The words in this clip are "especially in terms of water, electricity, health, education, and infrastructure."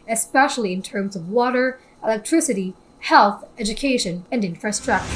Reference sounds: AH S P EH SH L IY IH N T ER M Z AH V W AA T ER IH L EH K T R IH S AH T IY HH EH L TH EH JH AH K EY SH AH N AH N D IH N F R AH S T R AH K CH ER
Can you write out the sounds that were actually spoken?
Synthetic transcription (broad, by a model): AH S P EH SH L IY IH N T ER M Z AH V W AA T ER IH L EH K T R IH S AH T IY HH EH L TH EH JH AH K EY SH AH N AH N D IH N F R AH S T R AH K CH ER